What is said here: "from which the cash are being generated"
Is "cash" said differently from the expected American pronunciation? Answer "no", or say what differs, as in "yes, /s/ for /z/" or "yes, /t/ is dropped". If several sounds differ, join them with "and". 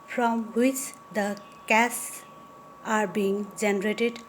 yes, /s/ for /ʃ/